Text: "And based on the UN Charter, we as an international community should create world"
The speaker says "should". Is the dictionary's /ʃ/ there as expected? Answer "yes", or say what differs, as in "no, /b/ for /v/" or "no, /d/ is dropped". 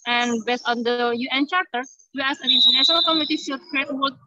no, /s/ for /ʃ/